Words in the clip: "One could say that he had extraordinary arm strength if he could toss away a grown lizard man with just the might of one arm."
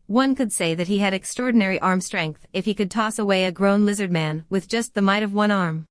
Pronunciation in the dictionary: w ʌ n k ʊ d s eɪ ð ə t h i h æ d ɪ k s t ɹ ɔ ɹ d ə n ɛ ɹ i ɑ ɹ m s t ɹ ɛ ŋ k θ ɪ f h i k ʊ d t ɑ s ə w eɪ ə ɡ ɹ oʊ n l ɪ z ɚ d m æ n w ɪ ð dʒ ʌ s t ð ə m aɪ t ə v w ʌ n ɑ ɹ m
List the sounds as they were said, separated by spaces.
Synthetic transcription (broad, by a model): w ʌ n k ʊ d s eɪ ð ə t h i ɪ d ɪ k s t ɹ ɔ ɹ d n ɛ ɹ i ɑ ɹ m s t ɹ ɛ ŋ k θ ɪ f h i k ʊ d t ɑ s ə w eɪ ə ɡ ɹ oʊ n l ɪ z ɚ d m æ n w ɪ ð dʒ ʌ s t ð ə m aɪ t ə v w ʌ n ɑ ɹ m